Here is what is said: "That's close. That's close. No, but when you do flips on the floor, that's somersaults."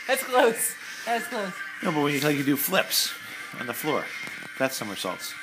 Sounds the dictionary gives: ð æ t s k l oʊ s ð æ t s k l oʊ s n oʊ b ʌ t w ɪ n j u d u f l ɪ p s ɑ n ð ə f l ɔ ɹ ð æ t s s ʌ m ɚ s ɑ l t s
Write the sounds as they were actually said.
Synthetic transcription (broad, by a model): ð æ t s k l oʊ s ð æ t s k l oʊ s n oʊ b ʌ t w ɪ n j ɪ d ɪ f l ɪ p s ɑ n ð ə f l ɔ ɹ ð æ t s s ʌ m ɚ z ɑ l t s